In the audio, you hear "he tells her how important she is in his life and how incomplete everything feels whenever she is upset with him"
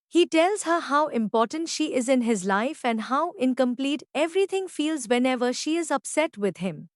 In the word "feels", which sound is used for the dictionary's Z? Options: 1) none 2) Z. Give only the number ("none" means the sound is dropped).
2